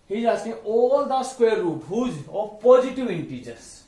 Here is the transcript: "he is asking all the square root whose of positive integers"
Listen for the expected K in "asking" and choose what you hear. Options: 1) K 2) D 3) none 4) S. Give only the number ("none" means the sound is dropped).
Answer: 3